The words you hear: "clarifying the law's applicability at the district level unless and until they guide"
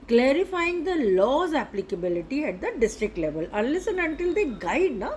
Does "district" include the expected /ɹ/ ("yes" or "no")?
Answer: yes